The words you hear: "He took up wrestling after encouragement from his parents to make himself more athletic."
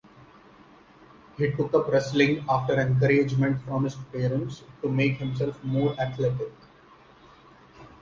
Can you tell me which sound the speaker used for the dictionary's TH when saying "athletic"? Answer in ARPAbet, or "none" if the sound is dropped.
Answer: T